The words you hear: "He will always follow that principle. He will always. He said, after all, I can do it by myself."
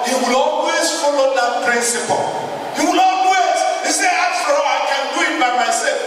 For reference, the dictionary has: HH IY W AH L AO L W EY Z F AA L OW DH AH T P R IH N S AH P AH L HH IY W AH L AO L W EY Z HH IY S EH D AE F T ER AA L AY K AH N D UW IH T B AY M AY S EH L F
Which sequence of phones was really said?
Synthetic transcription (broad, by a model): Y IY W AH L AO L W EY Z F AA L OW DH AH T P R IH N S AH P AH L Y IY W AH L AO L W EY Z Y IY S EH AA T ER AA AY K AH N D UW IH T B AY M AY S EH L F